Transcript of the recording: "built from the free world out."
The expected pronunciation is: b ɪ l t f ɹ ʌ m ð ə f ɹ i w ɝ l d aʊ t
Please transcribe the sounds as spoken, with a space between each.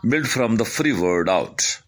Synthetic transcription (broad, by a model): b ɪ l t f ɹ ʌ m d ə f ɹ i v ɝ d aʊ t